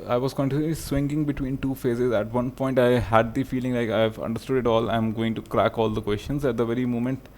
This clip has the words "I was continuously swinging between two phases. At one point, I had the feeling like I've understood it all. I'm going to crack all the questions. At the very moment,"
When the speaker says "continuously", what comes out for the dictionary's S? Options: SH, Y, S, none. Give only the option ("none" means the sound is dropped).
none